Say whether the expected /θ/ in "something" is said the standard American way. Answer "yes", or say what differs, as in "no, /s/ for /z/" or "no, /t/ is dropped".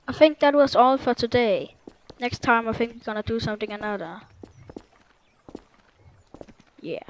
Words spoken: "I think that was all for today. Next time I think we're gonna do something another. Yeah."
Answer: yes